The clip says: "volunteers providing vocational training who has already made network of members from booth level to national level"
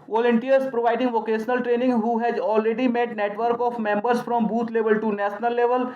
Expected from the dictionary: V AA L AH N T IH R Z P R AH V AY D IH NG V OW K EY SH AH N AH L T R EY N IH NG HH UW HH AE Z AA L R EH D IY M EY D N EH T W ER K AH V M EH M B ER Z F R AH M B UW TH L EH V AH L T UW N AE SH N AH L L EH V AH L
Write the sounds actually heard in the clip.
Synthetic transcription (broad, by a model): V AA L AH N T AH R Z P R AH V AY D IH NG V OW K EY SH AH N AH L T R EY N IH NG HH UW HH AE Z AA L R EH D IY M EY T N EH T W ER K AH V M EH M B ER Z F R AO M B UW T L EH V AH L T UW N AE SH N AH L L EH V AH L